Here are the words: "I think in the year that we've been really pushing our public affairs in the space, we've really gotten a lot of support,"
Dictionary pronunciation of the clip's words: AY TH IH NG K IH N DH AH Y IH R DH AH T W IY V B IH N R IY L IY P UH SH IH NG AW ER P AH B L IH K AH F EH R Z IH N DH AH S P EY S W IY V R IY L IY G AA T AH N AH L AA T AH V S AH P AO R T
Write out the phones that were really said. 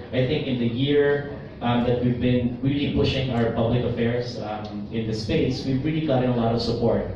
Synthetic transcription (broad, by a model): AY TH IH NG K IH N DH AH Y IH R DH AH T W IY V B IH N R IY L IY P UH SH IH NG AW ER P AH B L IH K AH F EH R S IH N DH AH S P EY S W IY V R IY L IY G AA T AH N AH L AA T AH V S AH P AO R T